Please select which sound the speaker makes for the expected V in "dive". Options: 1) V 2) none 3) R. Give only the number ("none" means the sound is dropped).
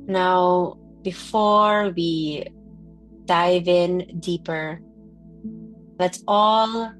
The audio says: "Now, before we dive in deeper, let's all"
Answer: 1